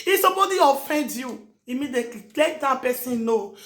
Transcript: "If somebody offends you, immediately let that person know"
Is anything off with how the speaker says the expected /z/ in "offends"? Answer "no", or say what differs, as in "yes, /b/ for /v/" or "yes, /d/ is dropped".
yes, /z/ is dropped